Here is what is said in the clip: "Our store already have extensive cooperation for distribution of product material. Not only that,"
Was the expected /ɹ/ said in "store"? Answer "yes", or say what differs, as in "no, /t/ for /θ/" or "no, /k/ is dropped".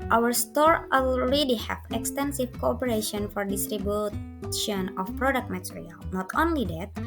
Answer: yes